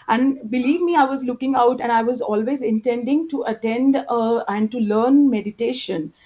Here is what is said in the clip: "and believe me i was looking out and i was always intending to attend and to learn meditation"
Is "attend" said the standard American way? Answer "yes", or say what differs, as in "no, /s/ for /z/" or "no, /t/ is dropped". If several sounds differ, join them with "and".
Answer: yes